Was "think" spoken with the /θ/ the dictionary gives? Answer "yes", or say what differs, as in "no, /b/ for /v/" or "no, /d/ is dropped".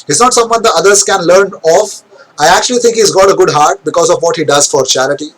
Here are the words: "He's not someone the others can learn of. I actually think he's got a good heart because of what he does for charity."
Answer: no, /t/ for /θ/